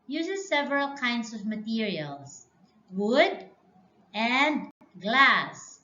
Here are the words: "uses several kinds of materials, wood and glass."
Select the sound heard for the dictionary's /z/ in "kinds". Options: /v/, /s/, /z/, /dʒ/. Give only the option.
/s/